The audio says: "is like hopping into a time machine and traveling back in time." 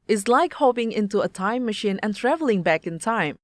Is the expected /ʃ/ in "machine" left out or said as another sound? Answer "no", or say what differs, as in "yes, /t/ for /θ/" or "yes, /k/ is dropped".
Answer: no